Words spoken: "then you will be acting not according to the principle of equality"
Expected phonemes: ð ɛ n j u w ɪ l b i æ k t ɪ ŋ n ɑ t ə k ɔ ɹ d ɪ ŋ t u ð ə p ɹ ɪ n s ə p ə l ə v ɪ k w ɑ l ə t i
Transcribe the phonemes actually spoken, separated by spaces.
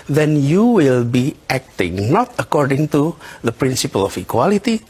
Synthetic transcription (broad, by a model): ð ɛ n j u w ɪ l b i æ k t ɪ ŋ n ɑ t ə k ɔ ɹ d ɪ ŋ t u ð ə p ɹ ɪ n s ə p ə l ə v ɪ k w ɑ l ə t i